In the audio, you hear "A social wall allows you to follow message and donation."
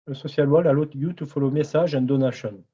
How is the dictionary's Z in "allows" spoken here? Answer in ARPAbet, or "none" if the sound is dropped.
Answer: none